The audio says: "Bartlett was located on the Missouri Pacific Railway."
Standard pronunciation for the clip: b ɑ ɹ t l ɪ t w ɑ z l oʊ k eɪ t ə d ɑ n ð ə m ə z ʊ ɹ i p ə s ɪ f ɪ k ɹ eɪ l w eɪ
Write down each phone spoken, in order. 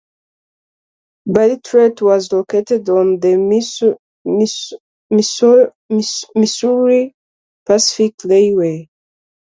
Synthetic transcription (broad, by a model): b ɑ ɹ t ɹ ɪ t w ɑ z l oʊ k eɪ t ə d ɑ n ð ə m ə s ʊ ɹ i p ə s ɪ f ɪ k l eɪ w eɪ